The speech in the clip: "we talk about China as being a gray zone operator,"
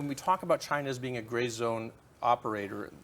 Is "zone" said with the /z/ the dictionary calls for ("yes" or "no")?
yes